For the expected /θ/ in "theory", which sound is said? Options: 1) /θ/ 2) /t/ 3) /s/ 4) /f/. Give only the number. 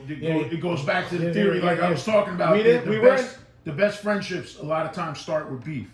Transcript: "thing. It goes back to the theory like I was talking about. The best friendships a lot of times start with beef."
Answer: 1